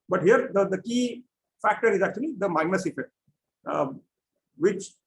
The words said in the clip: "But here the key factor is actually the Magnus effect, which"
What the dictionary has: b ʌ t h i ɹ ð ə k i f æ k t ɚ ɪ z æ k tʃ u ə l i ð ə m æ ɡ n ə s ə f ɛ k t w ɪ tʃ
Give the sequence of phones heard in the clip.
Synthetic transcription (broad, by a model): b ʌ t h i ɹ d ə k i f æ k t ɚ ɪ z æ k tʃ u ə l i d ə m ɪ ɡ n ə s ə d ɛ t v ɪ tʃ